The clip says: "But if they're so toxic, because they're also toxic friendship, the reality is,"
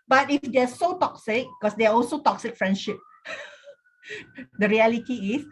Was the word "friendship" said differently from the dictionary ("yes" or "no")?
no